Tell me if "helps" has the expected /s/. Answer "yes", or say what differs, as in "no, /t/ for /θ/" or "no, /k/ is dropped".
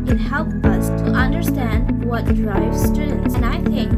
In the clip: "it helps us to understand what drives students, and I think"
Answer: no, /s/ is dropped